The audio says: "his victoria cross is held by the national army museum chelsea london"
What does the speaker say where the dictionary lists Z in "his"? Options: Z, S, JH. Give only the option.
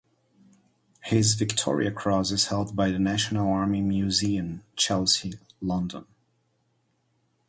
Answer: Z